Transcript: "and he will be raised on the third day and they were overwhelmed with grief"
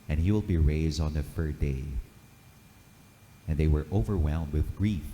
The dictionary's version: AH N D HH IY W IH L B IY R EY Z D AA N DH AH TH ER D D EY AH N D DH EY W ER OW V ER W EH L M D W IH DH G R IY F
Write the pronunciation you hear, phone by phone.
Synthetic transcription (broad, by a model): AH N HH IY W IH L B IY R EY Z D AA N DH AH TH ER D D EY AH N DH EY W ER OW V ER W EH L M D W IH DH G R IY F